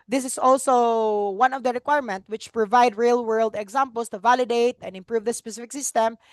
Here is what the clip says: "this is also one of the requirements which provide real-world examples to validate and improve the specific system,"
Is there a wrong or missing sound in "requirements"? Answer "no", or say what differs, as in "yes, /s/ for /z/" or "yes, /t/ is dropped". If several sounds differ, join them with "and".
yes, /s/ is dropped